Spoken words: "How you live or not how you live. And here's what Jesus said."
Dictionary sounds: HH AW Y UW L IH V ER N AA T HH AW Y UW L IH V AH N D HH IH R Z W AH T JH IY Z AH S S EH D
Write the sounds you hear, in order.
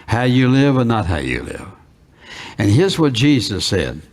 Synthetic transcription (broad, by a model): HH AW Y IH L IH V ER N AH T HH AW Y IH L IH V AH N HH IH R Z W AH T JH IY Z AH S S EH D